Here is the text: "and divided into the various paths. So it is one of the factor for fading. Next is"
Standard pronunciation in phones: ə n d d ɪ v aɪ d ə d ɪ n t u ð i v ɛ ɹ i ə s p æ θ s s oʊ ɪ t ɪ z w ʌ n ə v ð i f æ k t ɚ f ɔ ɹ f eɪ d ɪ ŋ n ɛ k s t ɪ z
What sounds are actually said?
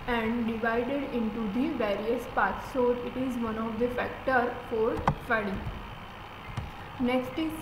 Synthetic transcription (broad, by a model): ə n d d ɪ v aɪ d ə d ɪ n t u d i v ɛ ɹ i ə s p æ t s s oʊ ɪ t ɪ z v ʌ n ə v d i f æ k t ɚ f ɔ ɹ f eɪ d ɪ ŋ n ɛ k s t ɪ